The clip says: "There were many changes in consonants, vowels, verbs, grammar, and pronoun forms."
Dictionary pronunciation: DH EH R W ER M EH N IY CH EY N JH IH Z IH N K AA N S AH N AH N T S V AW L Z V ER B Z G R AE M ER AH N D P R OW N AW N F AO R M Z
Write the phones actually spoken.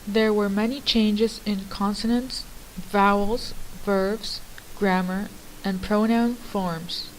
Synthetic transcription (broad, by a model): DH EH R W ER M EH N IY CH EY N JH IH Z IH N K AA N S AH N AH N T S V AW L Z V ER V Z G R AE M ER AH N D P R OW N AW N F AO R M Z